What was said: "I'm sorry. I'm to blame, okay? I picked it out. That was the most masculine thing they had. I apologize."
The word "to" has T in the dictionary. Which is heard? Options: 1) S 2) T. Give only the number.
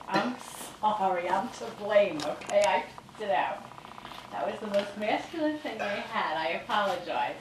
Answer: 1